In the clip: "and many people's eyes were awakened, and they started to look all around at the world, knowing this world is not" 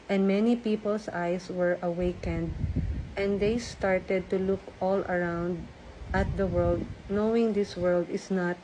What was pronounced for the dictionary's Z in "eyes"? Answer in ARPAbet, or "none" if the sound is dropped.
S